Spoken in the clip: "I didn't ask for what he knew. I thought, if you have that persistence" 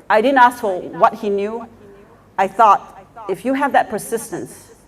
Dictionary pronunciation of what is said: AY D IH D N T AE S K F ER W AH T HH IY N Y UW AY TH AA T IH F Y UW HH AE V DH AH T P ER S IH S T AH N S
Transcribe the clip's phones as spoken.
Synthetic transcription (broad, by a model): AY D IH D N T AE S K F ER W AH T HH IY N Y UW AY TH AA T IH F Y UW HH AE V DH AH T P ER S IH S T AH N S